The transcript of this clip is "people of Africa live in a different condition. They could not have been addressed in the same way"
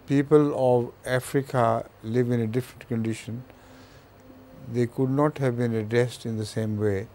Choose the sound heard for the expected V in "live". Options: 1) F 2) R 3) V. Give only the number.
3